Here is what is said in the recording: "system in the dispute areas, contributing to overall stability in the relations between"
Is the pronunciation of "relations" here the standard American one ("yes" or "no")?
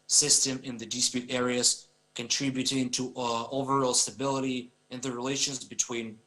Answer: yes